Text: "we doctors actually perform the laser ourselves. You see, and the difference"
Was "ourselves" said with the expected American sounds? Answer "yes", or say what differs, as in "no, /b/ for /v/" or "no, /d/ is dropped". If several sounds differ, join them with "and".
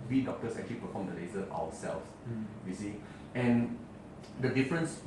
no, /w/ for /ɹ/